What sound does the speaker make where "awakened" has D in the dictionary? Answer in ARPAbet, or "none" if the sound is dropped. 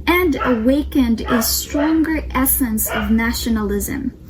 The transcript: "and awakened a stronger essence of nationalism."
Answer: D